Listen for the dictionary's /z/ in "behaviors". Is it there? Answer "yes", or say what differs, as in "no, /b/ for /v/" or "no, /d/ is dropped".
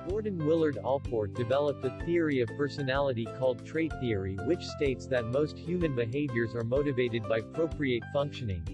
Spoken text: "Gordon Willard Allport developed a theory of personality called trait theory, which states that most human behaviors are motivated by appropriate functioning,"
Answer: yes